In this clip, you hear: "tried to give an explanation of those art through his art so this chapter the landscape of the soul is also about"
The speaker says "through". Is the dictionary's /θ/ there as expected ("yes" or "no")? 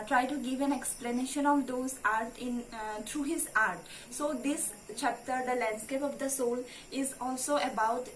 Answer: no